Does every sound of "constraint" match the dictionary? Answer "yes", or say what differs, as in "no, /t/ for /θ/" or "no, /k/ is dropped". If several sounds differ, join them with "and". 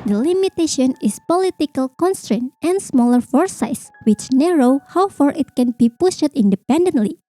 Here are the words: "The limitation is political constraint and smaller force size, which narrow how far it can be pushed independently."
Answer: yes